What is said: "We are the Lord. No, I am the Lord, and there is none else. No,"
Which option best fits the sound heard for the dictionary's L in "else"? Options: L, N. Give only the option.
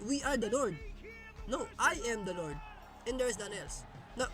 L